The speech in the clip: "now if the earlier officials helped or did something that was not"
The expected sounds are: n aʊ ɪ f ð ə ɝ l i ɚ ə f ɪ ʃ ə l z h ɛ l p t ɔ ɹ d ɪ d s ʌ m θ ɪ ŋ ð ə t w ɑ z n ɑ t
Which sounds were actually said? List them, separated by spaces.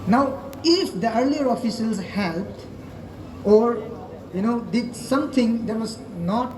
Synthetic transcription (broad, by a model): n aʊ ɪ f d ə ɝ l i ɚ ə f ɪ s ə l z h ɛ l p t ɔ ɹ d ɪ d s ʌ m t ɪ ŋ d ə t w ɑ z n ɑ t